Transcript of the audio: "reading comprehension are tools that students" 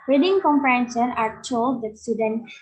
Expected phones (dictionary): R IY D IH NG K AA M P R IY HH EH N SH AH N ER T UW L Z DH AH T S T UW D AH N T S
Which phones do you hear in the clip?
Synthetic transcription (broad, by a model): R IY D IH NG K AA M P IY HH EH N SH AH N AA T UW L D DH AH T S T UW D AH N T